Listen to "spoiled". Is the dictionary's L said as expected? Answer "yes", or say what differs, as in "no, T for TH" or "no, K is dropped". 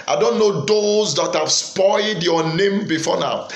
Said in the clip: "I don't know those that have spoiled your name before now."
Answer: yes